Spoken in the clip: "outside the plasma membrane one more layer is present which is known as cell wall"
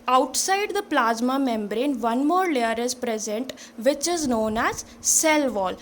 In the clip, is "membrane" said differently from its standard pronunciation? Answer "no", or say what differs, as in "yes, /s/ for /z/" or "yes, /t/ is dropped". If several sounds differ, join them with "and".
no